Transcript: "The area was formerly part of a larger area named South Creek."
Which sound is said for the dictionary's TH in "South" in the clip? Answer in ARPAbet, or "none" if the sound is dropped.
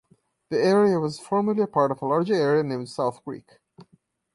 TH